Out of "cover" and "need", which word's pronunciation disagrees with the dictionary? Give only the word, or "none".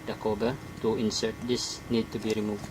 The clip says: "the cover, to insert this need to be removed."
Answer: cover